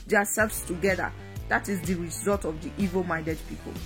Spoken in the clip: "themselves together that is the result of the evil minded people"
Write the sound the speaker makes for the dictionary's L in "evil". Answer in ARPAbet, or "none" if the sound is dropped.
L